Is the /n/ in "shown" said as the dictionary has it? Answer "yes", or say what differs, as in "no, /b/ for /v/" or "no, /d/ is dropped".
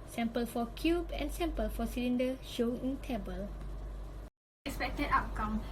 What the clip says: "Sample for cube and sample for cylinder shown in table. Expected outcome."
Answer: no, /n/ is dropped